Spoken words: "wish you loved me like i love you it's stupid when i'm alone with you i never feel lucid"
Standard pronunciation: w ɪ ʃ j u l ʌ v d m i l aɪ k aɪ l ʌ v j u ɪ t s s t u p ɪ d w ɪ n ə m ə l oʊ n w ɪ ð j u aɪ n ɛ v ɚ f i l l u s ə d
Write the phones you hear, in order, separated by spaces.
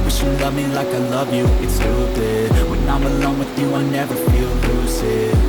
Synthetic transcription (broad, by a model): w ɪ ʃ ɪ l ʌ v m i l aɪ k aɪ l ʌ v j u ɪ t s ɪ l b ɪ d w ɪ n ə m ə l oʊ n w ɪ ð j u aɪ n ɛ v ɚ f i l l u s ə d